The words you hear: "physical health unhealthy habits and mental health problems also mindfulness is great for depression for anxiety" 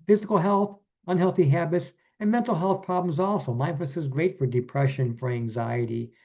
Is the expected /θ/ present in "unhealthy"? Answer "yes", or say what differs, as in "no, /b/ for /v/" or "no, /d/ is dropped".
yes